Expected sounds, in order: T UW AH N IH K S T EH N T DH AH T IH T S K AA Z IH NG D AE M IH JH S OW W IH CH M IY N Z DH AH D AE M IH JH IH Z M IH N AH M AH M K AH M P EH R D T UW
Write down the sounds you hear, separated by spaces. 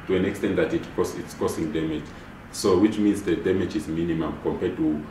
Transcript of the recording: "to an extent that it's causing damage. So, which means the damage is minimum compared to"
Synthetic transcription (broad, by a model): T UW AH N IH K S T EH N T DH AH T IH T S K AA S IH NG D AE M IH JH S OW W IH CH M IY N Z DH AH D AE M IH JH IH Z M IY N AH M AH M K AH M P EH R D T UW